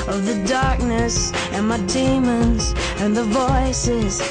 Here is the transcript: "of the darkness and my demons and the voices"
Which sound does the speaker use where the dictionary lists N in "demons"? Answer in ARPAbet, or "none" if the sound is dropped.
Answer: N